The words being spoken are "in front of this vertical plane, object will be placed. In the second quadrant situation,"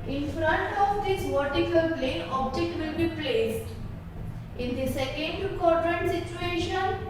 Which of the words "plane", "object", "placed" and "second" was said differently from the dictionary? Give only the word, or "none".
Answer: plane